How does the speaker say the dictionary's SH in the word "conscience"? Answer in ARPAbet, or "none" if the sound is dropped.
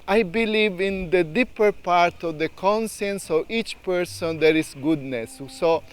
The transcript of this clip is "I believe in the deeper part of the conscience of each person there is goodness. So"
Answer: S